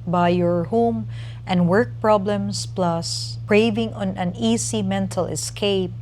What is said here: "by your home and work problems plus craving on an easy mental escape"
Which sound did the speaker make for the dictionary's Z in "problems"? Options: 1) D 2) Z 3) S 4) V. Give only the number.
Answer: 3